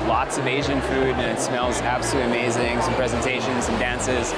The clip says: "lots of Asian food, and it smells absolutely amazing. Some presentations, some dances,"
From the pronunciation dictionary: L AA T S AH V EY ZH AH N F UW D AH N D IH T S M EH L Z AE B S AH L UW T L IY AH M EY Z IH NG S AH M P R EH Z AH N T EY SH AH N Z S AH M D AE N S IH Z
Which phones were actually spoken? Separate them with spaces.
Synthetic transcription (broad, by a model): L AA T S AH V EY ZH AH N F UW D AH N IH T S M EH L Z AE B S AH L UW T AH M EY Z IH NG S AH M P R EH Z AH N T EY SH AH N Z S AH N D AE N S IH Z